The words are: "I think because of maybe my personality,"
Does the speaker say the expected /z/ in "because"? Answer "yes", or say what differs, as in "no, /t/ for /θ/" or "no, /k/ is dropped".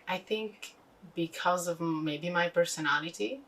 yes